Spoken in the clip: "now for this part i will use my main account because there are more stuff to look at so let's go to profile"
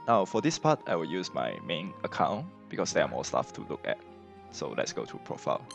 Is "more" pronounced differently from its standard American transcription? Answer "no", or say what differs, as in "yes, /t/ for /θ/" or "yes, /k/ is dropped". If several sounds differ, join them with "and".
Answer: yes, /l/ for /ɹ/